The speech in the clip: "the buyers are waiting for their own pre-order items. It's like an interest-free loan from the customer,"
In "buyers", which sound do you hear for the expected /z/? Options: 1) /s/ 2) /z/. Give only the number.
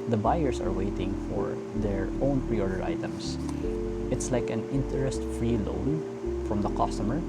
1